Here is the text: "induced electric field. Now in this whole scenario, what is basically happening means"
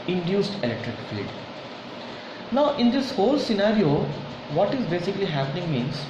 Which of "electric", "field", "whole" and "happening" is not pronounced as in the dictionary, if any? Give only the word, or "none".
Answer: field